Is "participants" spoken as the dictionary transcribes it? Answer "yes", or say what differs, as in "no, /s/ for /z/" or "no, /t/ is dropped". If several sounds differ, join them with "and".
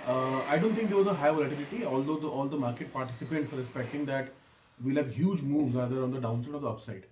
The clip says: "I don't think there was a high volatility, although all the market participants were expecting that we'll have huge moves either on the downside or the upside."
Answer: no, /n/ is dropped